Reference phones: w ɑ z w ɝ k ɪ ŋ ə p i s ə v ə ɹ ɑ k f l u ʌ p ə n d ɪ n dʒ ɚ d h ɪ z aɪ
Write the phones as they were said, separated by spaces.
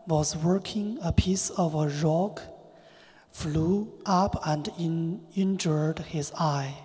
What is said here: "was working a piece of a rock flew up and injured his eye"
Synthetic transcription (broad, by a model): w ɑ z w ɝ k ɪ ŋ ə p i s ə v ə ɹ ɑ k f l u ʌ p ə n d ɪ n dʒ ɚ d h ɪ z aɪ